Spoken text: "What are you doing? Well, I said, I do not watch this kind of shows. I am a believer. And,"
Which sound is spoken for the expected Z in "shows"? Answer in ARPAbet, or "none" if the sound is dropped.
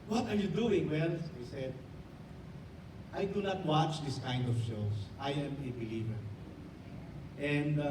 S